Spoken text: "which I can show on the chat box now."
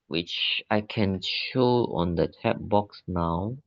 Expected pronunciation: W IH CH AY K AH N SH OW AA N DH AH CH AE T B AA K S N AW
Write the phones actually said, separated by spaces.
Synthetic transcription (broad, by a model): W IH CH AY K AH N SH OW AA N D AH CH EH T B AA K S N AW